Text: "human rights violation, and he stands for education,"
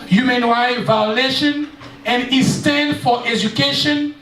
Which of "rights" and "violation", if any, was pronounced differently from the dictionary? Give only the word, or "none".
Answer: rights